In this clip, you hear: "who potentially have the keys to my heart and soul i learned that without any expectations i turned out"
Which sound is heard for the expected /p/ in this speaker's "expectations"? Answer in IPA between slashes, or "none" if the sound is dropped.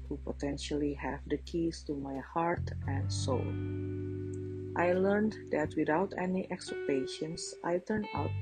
none